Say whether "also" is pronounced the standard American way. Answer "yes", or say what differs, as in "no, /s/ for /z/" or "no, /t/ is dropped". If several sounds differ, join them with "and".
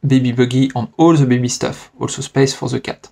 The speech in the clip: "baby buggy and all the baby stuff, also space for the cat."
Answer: yes